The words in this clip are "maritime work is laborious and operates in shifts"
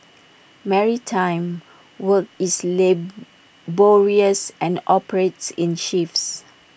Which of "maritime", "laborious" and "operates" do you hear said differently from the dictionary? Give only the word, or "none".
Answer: none